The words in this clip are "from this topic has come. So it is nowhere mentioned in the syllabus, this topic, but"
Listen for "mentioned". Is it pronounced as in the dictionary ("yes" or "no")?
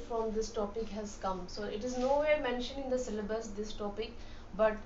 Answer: no